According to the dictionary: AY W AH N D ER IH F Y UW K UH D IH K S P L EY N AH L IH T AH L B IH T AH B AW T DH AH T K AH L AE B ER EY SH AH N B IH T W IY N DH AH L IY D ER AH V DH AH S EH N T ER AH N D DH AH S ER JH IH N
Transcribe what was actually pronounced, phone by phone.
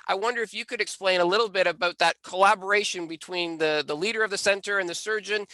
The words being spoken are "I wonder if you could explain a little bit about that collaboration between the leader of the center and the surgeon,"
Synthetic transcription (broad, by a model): AY W AH N D ER IH F Y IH K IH D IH K S P L EY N AH L IH T L B IH T AH B AW T DH AH T K AH L AE B ER EY SH AH N B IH T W IY N DH AH L IY D ER AH V DH AH S EH N T ER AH N DH AH S ER JH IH N